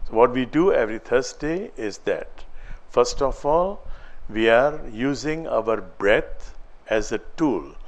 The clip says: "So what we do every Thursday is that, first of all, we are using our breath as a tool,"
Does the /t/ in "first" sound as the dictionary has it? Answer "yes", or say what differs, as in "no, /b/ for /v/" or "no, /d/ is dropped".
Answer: yes